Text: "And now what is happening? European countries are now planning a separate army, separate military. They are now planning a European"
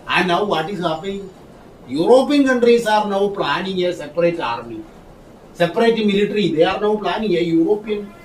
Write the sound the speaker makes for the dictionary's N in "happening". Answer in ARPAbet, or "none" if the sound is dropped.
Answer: none